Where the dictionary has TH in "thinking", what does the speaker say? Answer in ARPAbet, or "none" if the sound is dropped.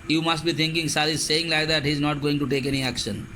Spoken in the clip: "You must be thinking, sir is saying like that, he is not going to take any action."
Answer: T